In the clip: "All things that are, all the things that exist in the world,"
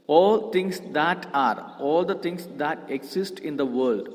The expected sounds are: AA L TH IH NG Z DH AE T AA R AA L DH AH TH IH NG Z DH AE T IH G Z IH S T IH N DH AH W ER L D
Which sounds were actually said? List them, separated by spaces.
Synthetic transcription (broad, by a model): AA L T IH NG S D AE T AA R AA L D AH T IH NG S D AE T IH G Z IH S T IH N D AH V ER L D